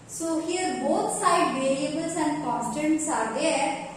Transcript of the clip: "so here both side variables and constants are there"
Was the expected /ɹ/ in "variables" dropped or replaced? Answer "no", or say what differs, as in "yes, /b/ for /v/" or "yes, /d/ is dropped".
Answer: yes, /l/ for /ɹ/